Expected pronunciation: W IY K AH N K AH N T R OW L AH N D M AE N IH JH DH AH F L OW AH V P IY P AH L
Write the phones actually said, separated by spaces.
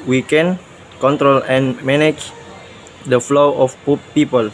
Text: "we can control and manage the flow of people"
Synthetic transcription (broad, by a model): W IY K AH N K AH N T R OW L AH N M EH N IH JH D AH F L OW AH P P IY P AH L